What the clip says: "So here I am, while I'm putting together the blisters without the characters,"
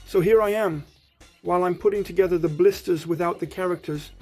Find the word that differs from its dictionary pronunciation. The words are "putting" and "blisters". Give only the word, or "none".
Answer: none